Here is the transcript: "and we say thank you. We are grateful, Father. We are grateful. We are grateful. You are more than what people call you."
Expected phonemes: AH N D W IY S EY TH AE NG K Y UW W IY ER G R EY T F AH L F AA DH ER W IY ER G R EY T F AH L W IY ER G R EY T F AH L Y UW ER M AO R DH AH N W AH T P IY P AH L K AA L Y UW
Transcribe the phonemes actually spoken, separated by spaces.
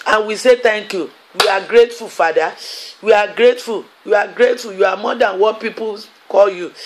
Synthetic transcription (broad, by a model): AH N W IY S EY T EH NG K Y UW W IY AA G R EY T F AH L F AA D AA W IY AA G R EY T F AH L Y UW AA G R EY T F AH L Y UW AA M AO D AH N W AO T P IY P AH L K AA L Y UW